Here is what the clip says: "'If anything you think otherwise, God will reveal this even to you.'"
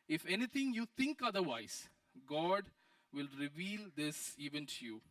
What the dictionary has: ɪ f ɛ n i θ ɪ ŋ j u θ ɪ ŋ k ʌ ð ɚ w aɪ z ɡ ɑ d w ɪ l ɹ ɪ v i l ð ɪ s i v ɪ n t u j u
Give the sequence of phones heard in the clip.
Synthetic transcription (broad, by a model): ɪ f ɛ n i t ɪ ŋ j u t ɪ ŋ k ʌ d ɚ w aɪ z ɡ ɑ d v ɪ l ɹ ɪ v i l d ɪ s i v ɪ n t u j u